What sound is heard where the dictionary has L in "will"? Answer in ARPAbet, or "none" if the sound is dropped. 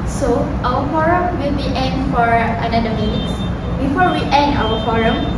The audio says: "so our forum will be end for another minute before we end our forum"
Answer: L